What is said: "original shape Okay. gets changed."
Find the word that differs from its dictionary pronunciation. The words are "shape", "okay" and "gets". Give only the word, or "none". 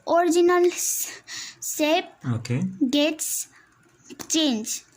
shape